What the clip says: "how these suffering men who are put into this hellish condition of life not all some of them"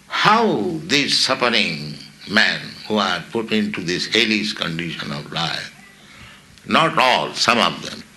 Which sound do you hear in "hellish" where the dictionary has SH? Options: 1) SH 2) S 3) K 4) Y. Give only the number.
2